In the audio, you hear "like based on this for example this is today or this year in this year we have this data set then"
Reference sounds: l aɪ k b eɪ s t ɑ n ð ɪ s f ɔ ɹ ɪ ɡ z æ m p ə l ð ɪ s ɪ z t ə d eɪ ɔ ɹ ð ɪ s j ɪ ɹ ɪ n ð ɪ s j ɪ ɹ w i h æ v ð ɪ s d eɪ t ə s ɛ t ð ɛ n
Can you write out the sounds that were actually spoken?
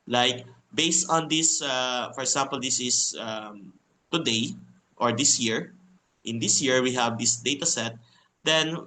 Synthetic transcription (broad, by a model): l aɪ k b eɪ s t ɑ n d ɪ s f ɔ ɹ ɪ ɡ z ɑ m p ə l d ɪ s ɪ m t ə d eɪ ɔ ɹ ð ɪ s j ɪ ɹ ɪ n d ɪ s j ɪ ɹ w i h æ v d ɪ s d eɪ t ə s ɛ t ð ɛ n